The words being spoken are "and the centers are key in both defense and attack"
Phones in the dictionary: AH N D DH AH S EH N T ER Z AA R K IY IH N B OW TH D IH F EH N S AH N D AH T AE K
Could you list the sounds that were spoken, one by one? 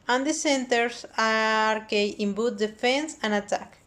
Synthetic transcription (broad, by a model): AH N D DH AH S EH N T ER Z AA R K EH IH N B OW T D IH F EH N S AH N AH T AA K